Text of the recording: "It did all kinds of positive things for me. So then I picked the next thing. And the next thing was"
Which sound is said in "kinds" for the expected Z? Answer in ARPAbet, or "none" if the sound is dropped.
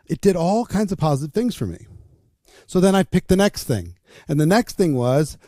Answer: Z